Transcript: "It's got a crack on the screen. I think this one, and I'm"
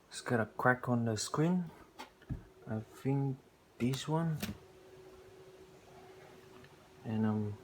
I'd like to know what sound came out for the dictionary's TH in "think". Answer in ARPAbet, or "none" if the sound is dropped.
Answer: F